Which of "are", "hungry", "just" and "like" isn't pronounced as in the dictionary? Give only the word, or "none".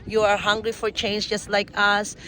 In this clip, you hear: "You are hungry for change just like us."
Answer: none